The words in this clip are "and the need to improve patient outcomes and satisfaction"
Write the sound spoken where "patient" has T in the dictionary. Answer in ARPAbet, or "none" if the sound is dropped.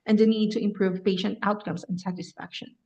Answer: T